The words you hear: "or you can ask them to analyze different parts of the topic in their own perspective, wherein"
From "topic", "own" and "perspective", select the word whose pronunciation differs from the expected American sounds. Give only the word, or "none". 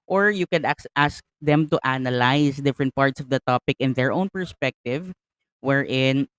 none